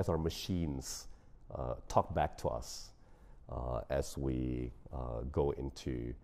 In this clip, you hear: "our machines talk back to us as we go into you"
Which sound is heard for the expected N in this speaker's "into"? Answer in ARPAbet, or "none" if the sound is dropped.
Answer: none